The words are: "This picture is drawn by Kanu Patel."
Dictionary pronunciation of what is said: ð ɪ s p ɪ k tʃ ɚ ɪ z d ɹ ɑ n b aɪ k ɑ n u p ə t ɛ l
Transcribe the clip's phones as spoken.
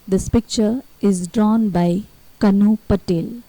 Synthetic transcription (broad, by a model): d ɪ s p ɪ k tʃ ɚ ɪ z d ɹ ɑ n b aɪ k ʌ n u p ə t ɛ l